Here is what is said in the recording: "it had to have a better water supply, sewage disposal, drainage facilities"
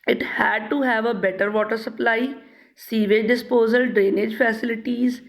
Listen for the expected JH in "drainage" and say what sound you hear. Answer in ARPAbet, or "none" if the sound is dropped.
JH